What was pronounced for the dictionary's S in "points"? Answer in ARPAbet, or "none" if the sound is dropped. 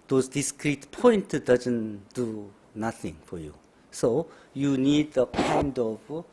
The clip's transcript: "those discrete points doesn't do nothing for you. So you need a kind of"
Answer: none